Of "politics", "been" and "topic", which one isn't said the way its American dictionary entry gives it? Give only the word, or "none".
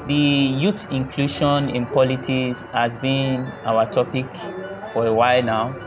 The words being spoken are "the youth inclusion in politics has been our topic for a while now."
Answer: politics